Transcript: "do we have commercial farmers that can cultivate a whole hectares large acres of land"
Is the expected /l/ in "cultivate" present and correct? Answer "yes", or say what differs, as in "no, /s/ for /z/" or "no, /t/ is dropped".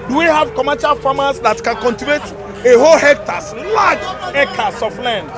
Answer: no, /n/ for /l/